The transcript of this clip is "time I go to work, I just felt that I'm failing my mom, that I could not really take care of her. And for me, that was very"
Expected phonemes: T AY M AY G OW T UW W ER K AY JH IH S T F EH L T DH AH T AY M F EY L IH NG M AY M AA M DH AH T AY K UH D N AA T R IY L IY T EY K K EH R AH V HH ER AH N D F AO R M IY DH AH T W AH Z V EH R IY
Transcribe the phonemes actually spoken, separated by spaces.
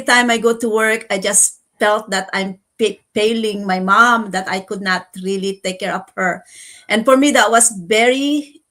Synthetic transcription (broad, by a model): T AY M AY G OW T UW W ER K AY JH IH S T F EH L T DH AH T AY M P EY L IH NG M AY M AA M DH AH T AY K UH D N AA T R IY L IY T EY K K EH R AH P HH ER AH N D F AO R M IY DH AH T W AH S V EH R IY